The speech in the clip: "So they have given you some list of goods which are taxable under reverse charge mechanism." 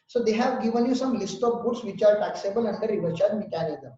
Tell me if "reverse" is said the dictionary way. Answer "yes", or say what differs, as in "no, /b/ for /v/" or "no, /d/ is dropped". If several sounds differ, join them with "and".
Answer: no, /s/ is dropped